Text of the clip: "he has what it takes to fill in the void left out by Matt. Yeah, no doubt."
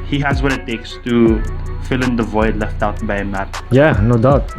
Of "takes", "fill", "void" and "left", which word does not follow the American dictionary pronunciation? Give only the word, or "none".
none